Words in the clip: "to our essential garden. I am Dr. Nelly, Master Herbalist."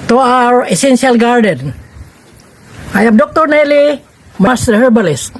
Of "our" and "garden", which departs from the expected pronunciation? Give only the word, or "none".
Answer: none